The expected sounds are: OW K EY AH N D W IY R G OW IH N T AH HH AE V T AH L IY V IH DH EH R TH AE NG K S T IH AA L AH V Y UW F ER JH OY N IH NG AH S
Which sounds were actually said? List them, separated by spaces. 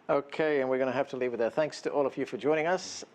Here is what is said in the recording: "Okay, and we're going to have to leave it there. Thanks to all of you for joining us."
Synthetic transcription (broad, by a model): OW K EY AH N W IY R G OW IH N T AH HH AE F T AH L IY V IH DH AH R TH AE NG K S T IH AA L AH V Y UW F ER JH OY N IH NG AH S